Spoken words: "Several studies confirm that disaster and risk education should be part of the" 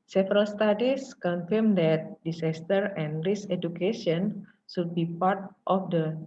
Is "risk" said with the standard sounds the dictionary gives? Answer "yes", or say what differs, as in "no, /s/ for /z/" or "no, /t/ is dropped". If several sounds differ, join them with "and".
no, /k/ is dropped